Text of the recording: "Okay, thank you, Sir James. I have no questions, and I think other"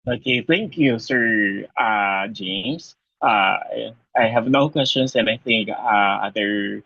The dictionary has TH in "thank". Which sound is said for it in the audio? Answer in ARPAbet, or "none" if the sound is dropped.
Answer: TH